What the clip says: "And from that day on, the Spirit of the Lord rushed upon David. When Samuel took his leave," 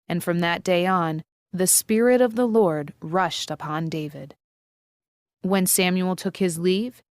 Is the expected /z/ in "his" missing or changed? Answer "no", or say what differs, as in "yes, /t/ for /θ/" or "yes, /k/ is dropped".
no